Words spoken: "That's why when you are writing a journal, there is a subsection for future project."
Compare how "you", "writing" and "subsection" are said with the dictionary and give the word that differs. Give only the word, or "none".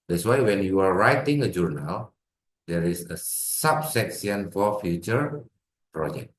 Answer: subsection